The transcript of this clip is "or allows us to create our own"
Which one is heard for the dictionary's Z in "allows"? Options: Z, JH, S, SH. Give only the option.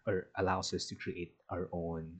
S